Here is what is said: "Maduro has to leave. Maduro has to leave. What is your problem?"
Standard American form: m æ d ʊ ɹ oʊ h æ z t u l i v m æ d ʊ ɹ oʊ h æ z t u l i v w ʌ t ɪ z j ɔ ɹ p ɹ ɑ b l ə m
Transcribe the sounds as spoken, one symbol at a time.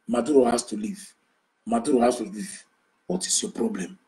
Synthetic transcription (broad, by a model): m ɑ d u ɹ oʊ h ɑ s t u l i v m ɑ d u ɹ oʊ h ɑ s t u l i v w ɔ t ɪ s j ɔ p ɹ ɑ b l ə m